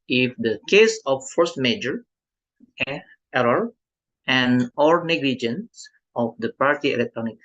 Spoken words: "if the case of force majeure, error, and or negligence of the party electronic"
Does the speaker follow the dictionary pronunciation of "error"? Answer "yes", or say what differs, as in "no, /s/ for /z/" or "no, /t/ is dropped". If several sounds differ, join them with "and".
no, /ɹ/ is dropped